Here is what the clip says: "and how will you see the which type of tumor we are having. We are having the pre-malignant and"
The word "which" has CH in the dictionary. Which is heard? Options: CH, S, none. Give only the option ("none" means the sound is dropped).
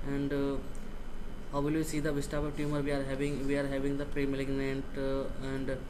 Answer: S